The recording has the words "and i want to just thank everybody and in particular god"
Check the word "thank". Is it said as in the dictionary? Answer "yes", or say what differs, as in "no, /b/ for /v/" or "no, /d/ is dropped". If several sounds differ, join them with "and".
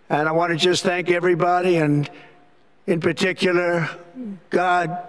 yes